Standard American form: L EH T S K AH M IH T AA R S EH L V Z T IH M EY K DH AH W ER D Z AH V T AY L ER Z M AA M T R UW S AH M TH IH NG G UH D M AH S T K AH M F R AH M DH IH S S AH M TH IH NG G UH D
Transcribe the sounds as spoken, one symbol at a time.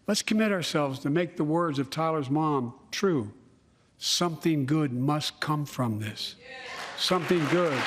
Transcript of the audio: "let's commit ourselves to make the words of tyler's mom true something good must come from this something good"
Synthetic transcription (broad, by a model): L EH T S K AH M IH T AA R S EH L V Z T IH M EY K DH AH W ER D Z AH V T AY L ER Z M AA M T R UW S AH M TH IH NG G UH D M AH S K AH M F R AH M DH IH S S AH M TH IH NG G UH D